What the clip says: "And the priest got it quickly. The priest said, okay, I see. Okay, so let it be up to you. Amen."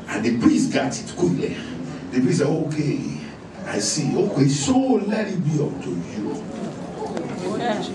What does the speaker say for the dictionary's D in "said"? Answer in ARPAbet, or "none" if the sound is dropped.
none